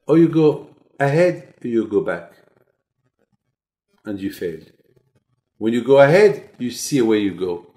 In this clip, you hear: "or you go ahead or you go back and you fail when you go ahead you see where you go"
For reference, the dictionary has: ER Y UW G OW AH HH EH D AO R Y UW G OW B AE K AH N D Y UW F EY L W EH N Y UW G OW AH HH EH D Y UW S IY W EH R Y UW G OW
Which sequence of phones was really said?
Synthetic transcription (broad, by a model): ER Y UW G OW AH HH EH D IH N Y UW G OW B AE K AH N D Y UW F EY L W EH N Y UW G OW AH HH EH D Y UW S IY W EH Y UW G OW